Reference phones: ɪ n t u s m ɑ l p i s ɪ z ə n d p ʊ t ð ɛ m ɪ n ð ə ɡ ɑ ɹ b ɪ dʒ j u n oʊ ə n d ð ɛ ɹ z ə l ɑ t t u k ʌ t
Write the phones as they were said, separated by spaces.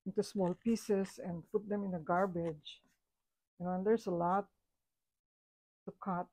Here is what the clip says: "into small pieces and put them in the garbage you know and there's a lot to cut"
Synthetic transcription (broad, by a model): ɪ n t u s m ɑ l p i s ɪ s ə n d p ʊ t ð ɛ m ɪ n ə ɡ ɑ ɹ b ɪ dʒ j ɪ n oʊ ə n d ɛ ɹ s ə l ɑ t t u k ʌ t